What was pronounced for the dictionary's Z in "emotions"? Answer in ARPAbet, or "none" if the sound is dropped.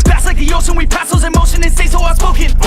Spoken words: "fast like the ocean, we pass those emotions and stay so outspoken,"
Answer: none